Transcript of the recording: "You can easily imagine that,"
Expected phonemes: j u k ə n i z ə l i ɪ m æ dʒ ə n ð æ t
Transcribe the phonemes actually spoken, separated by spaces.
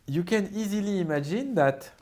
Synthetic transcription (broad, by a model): j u k ə n i z ə l i ɪ m æ dʒ ə n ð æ t